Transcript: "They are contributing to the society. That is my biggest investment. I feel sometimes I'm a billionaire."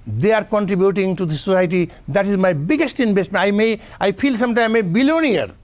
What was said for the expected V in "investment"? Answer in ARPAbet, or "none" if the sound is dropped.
B